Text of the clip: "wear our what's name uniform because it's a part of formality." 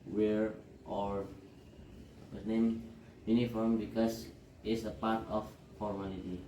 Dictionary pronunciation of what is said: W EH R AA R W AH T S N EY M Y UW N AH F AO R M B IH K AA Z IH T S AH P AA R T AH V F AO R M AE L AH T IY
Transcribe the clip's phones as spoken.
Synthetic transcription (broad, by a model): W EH R AA R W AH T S N EY M Y UW N AH F AO R M B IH K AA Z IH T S AH P AA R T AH F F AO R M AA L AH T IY